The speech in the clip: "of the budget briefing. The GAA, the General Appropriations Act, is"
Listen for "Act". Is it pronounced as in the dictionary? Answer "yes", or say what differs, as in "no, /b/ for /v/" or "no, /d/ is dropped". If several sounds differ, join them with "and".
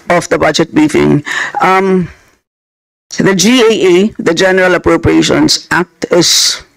yes